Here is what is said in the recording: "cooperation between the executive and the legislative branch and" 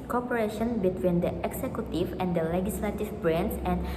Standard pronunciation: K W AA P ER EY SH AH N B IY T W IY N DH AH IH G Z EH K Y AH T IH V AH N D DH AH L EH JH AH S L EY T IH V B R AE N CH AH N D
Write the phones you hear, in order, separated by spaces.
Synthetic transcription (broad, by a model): K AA P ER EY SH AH N B IY T W IY N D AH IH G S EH K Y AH T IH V AH N D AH L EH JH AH S L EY T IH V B R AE N S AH N